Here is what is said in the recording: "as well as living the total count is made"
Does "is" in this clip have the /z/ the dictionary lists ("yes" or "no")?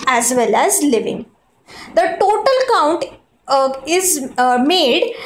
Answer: yes